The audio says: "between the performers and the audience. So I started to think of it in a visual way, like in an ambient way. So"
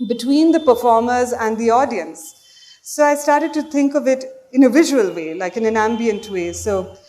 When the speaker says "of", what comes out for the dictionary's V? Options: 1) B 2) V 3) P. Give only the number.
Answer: 2